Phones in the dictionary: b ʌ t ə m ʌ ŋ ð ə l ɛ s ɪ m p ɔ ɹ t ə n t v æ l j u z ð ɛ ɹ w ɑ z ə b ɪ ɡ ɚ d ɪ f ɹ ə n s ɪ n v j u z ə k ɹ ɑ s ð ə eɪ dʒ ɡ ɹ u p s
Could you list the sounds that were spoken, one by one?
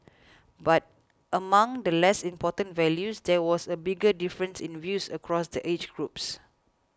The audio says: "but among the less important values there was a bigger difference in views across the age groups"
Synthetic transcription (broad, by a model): b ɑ t ə m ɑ ŋ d ə l ɛ s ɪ m p ɔ t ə n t v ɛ l j u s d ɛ w ɑ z ə b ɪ ɡ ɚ d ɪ f ɹ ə n s ɪ n v j u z ə k ɹ ɑ s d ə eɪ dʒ ɡ ɹ u p s